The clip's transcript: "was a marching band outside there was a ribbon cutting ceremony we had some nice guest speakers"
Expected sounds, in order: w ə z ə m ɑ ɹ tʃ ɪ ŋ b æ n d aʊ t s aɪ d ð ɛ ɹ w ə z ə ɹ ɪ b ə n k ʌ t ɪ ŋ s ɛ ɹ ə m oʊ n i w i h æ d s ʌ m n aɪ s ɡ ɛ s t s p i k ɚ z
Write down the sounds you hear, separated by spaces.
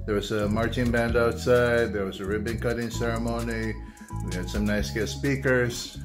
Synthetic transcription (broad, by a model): w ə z ə m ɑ ɹ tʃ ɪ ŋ b æ n d aʊ t s aɪ d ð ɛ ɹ w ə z ə ɹ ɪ b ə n k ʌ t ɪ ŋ s ɛ ɹ ə m oʊ n i w i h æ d s ʌ m n aɪ s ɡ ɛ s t s p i k ɚ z